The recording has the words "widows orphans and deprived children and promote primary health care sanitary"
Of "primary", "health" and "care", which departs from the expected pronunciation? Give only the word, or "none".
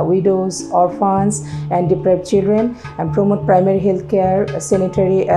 health